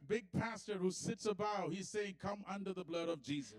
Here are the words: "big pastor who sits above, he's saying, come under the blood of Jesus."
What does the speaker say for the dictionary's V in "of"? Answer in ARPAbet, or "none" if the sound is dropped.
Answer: V